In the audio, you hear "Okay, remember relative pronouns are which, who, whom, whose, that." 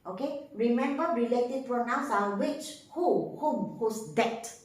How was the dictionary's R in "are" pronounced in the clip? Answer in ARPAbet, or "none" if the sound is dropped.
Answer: L